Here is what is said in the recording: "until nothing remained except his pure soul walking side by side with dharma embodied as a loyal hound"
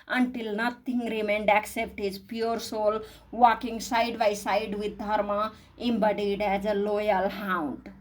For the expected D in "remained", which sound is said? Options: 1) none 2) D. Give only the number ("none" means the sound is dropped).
2